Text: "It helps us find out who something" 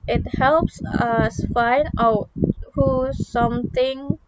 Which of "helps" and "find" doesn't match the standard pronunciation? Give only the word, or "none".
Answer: none